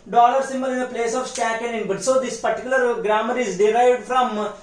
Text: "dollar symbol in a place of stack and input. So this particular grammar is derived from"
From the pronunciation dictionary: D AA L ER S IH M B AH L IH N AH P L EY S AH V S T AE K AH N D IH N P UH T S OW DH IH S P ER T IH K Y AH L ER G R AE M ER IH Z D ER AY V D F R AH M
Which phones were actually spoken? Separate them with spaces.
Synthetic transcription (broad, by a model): D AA L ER S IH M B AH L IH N AH P L EY S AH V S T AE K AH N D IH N B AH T S OW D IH S P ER T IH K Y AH L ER G R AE M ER IH Z D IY AY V D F R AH M